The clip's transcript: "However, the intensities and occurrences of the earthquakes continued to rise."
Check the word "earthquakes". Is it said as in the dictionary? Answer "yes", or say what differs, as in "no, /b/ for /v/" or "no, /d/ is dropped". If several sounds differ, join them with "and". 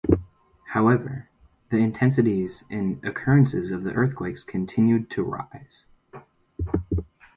yes